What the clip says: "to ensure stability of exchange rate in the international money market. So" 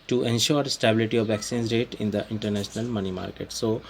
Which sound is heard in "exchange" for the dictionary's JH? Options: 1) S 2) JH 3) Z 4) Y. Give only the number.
3